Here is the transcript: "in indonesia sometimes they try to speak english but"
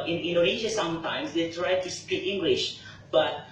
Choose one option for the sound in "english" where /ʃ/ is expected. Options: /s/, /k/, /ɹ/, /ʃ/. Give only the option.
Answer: /ʃ/